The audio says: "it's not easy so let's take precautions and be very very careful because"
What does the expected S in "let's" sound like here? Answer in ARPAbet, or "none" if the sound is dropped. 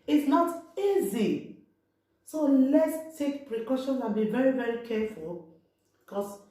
S